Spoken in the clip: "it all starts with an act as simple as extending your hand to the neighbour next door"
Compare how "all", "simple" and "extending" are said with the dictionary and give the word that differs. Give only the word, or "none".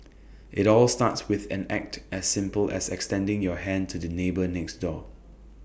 none